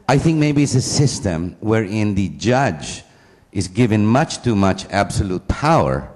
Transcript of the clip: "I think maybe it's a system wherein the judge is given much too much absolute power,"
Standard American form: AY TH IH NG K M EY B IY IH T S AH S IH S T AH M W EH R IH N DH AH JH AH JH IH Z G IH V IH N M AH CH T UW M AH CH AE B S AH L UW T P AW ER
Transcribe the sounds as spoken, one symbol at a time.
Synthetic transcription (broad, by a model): AY TH IH NG K M EY B IY IH T S AH S IH S T AH M W EH R IH N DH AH JH AH JH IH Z G IH V IH N M AH CH T UW M AH CH AE B S AH L UW T P AW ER